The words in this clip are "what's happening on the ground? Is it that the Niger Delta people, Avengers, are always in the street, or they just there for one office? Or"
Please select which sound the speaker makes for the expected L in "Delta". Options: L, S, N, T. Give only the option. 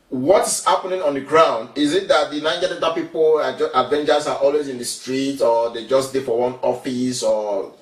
N